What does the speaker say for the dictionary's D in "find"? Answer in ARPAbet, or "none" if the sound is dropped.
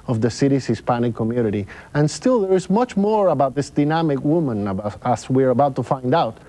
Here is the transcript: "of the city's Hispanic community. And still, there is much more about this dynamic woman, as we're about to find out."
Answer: D